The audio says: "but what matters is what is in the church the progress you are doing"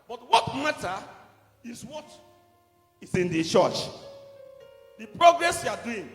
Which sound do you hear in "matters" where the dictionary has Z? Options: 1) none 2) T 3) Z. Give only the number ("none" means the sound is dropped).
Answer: 1